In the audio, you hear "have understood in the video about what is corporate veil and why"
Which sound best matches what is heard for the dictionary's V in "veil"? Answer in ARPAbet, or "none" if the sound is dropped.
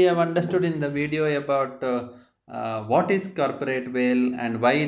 V